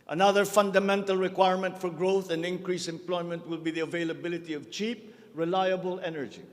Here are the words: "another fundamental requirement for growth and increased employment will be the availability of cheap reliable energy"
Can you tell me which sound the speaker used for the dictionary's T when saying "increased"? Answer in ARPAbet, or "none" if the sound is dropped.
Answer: none